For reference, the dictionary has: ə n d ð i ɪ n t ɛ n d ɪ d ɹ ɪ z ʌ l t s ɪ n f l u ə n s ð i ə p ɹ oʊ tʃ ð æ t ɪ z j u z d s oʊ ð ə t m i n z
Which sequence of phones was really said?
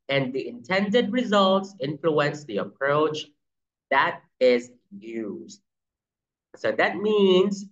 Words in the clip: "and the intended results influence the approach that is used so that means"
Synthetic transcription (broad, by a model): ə n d ð i ɪ n t ɛ n d ɪ d ɹ ɪ z ʌ l t s ɪ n f l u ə n s ð i ə p ɹ oʊ tʃ ð æ t ɪ z j u z d s oʊ ð ə t m i n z